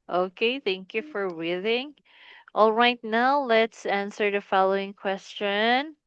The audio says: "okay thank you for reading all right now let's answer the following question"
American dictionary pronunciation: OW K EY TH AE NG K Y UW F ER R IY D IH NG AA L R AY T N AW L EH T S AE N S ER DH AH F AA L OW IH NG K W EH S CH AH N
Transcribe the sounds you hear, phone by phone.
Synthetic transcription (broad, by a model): OW K EY TH AE NG K Y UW F ER W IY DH IH NG AA L R AY T N AW L EH T S AE N S ER DH AH F AA L OW IH NG K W EH S CH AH N